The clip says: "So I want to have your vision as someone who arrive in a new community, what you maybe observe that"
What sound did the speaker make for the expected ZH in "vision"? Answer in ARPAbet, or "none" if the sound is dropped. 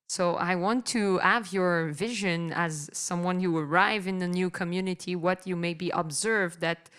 ZH